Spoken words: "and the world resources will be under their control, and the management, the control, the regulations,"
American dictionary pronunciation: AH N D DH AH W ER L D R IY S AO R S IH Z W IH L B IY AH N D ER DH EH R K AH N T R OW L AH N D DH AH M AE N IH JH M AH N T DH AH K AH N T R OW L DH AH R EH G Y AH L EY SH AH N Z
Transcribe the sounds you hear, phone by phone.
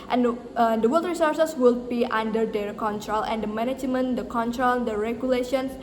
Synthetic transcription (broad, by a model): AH N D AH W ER L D R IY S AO R S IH S W IH L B IY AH N D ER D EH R K AH N T R OW L AH N D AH M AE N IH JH M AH N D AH K AH N T R OW L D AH R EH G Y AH L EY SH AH N